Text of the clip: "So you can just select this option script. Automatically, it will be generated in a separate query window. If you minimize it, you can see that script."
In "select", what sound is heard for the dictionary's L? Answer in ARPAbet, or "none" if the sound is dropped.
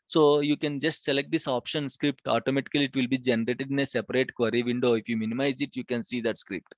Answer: L